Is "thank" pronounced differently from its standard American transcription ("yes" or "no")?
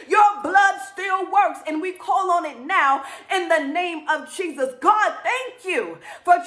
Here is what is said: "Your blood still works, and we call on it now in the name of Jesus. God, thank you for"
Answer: no